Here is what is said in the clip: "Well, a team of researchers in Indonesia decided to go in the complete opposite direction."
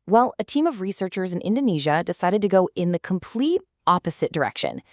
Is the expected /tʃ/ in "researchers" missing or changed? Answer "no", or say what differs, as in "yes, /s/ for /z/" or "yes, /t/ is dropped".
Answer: no